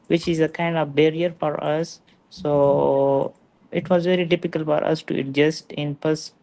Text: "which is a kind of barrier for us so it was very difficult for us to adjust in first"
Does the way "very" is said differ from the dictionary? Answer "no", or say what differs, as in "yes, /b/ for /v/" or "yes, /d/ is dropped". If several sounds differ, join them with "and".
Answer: no